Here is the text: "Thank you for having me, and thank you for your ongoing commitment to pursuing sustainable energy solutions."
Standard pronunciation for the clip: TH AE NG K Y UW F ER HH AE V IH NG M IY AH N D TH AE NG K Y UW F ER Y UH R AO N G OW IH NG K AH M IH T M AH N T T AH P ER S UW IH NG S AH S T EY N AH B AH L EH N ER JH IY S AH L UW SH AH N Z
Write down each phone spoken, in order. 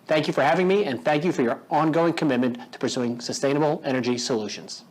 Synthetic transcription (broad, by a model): TH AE NG K Y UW F ER HH AE V IH NG M IY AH N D TH AE NG K Y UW F ER Y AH R AO N G OW IH NG K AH M IH T M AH N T T AH P ER S UW IH NG S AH S T EY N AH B L EH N ER JH IY S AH L UW SH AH N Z